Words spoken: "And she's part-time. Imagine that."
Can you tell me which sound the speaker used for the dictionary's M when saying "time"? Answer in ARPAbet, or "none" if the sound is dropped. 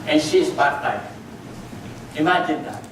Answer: none